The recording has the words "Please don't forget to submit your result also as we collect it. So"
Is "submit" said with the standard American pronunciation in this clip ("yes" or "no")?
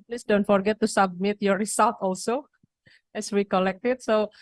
yes